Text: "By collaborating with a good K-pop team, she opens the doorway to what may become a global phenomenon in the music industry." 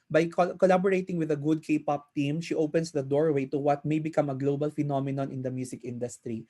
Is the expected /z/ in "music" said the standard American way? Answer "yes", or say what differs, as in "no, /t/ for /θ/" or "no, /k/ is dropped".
no, /s/ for /z/